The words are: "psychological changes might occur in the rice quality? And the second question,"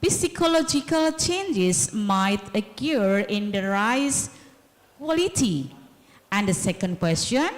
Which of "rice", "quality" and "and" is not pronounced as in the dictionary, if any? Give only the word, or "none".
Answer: none